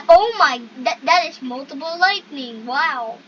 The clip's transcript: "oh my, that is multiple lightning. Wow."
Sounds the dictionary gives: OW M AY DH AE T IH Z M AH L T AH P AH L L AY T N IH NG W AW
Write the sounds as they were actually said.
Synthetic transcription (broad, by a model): OW M AY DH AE T IH Z M AH L T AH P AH L L AY T N IH NG W AW